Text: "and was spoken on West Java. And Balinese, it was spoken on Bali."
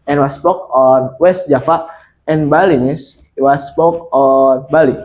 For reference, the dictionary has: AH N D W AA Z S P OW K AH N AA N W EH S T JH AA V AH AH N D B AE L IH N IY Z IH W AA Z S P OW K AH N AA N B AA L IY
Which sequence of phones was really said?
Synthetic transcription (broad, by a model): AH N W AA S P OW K AA N W EH S T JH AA F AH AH N B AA L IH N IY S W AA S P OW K AA N B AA L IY